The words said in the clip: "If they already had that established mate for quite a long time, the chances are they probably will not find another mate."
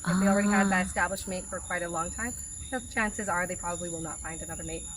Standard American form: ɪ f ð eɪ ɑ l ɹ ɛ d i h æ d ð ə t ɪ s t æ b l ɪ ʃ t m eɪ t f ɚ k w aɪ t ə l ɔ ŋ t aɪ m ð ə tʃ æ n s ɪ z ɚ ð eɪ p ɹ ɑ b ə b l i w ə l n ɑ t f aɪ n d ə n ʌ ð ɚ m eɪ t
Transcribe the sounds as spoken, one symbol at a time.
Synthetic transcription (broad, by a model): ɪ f ð eɪ ɑ l ɹ ɛ d i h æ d ð ə t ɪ s t æ b l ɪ ʃ m eɪ t f ɚ k w aɪ t ə l ɔ ŋ t aɪ m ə tʃ æ n s ɪ z ɚ ð eɪ p ɹ ɑ b ə b l i w ə l n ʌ t f aɪ n d ə n ʌ ð ɚ m eɪ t